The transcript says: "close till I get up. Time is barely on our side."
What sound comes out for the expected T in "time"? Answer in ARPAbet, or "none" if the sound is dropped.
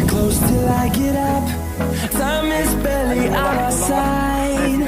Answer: S